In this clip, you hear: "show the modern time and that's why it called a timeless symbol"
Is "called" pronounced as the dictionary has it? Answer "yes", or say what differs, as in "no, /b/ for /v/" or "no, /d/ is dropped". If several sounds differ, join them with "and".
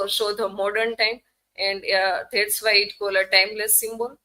no, /d/ is dropped